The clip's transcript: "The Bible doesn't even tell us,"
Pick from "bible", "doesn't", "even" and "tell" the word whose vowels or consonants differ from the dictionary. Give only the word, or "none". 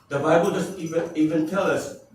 doesn't